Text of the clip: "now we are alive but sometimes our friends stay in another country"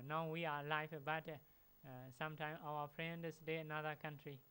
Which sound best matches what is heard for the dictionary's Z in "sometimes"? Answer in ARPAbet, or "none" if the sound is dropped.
none